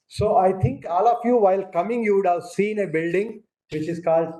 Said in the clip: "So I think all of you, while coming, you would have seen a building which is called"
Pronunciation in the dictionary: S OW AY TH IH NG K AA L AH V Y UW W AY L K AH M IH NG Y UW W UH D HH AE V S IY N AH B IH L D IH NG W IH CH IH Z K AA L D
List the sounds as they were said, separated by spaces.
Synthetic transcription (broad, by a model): S OW AY T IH NG K AA L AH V Y UW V AY L K AH M IH NG Y UW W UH D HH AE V S IY N AH B IH L D IH NG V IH CH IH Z K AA L D